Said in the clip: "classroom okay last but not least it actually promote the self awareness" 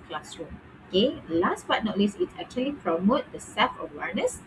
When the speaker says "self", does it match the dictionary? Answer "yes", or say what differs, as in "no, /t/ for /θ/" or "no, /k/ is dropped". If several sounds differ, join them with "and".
no, /l/ is dropped